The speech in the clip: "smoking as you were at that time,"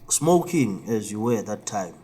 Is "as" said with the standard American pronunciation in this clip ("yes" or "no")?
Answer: yes